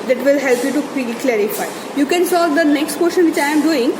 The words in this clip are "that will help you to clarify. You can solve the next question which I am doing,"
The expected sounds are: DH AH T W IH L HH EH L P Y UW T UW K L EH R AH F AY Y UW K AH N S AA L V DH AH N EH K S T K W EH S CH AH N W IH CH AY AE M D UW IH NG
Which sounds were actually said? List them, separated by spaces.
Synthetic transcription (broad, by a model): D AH T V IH L HH EH L P Y UW T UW K L EH R AH F AY Y UW K AH N S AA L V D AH N EH K S T K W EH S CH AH N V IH CH AY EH M D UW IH NG